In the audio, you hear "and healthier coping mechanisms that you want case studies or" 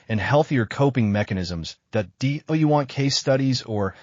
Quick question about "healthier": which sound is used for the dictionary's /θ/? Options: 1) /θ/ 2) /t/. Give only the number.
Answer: 1